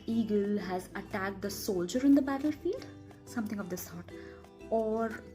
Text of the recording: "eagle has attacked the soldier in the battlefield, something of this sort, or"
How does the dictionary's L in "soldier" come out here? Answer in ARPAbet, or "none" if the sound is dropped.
L